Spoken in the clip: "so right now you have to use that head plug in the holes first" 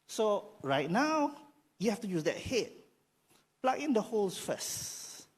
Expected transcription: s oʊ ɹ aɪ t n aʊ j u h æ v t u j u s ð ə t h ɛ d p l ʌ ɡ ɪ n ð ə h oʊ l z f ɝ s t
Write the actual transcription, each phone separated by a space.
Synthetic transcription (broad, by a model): s oʊ ɹ aɪ t n aʊ j u h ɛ f t u j u s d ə t h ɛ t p l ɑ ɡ ɪ n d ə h oʊ l s f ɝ s